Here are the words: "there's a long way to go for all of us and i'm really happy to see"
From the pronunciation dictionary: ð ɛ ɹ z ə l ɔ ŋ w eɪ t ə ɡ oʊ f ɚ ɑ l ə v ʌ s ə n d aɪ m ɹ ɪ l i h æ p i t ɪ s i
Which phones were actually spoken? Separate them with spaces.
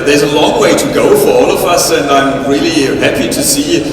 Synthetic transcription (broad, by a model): ð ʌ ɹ z ə l ɔ ŋ w eɪ t ə ɡ oʊ f ɚ ɑ l ə v ʌ s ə n aɪ m ɹ ɪ l i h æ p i t ɪ s i